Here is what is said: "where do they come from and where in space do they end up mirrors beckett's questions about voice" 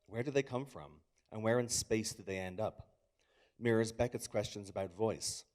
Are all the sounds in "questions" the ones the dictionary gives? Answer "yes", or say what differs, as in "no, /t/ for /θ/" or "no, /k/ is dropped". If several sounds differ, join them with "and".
yes